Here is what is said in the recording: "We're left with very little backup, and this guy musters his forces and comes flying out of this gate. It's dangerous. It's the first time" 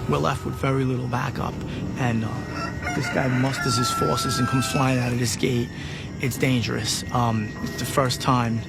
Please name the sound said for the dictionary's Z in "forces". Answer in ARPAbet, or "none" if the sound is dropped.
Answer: Z